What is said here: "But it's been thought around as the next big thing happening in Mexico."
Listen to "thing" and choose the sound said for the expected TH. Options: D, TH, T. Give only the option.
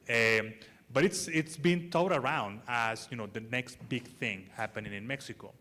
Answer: TH